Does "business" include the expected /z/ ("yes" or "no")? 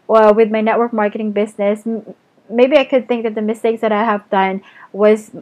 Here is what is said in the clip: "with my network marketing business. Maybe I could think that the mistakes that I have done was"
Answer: yes